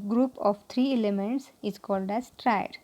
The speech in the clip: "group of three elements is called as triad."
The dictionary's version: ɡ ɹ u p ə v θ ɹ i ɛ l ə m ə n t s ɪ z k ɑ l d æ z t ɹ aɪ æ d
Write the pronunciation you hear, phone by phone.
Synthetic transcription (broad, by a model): ɡ ɹ u p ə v t ɹ i ɛ l ə m ə n t s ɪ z k ɑ l d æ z t ɹ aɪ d